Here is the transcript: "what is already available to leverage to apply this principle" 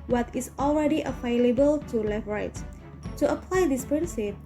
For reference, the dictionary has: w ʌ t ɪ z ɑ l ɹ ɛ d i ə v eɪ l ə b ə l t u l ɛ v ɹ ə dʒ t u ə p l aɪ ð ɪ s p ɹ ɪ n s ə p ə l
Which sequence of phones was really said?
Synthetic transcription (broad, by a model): w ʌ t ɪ s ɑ l ɹ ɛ d i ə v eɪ l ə b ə l t u l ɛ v ɹ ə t t u ə p l aɪ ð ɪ s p ɹ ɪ n s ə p